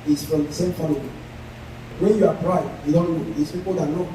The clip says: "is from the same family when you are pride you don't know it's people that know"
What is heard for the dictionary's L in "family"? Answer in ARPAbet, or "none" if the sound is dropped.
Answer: none